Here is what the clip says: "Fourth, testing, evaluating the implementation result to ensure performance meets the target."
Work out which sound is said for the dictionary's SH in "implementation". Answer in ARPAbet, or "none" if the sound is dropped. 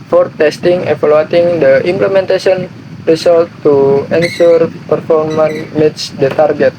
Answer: S